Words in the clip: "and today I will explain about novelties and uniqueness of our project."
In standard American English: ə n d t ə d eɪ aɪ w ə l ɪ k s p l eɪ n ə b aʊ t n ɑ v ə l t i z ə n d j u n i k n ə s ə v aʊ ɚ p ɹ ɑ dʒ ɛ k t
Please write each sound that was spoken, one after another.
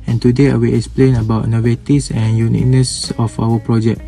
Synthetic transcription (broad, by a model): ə n t ə d eɪ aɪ w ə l ɪ k s p l eɪ n ə b aʊ t n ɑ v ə t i s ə n j u n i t n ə s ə f aʊ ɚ p ɹ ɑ dʒ ɛ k